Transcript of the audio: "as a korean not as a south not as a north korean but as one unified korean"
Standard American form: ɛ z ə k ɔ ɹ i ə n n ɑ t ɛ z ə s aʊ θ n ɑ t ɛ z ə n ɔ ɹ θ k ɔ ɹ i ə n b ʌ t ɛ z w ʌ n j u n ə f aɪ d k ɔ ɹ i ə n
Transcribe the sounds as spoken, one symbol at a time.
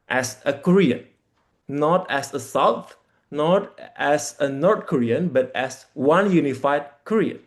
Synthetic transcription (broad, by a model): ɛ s ə k ɔ ɹ i ə n n ɑ t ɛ s ə s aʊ t n ɑ t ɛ s ə n ɔ ɹ t k ɔ ɹ i ə n b ʌ t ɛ s w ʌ n j u n ə f aɪ d k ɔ ɹ i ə n